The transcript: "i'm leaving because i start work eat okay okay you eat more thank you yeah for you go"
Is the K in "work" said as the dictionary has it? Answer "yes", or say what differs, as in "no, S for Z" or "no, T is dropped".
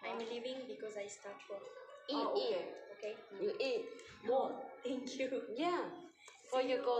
no, K is dropped